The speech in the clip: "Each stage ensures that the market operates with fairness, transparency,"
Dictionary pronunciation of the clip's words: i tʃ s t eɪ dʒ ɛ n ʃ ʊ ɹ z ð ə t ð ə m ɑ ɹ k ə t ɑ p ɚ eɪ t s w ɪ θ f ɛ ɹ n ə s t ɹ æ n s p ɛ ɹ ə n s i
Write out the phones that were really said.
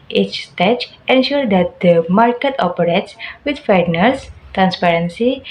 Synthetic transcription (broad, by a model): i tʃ s t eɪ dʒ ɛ n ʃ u ɹ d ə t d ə m ɑ ɹ k ə t ɑ p ɚ eɪ t s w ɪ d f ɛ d n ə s t ɹ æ n s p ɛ ɹ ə n s i